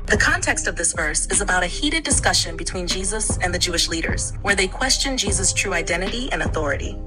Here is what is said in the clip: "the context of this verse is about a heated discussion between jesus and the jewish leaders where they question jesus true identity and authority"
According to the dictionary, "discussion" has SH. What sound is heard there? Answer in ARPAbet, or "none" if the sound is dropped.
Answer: SH